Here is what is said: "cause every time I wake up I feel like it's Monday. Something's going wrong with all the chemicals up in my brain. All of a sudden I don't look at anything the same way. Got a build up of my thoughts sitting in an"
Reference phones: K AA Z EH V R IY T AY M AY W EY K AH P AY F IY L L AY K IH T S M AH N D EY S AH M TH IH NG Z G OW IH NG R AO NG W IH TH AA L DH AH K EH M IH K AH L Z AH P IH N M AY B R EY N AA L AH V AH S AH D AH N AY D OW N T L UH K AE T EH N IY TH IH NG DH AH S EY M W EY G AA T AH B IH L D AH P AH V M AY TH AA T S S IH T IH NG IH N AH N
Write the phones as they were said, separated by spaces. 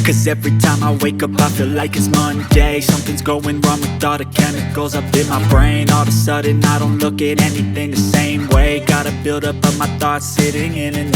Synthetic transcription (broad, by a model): K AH Z EH V R IY T AY M AY W EY K AH P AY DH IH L L AY K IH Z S M AH N D EY S AH M TH IH NG Z G OW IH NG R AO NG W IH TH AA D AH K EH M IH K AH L Z AH P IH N M AY B R EY N AA L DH AH S AH D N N AY D OW N T L UH K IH T EH N IY TH IH NG DH AH S EY M W EY G AA T AH B IH L D AH P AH M AY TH AA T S S IH T IH NG IH N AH N